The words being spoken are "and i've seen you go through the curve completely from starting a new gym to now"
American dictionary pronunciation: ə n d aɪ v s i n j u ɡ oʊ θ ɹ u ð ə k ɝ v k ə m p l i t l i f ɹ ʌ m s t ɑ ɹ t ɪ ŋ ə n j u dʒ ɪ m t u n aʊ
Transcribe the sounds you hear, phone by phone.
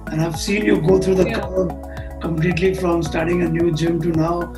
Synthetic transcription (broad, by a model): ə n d aɪ v s i n j u ɡ oʊ t ɹ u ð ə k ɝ b k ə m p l i t l i f ɹ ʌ m s t ɑ ɹ t ɪ ŋ ə n j u dʒ ɪ m t u n aʊ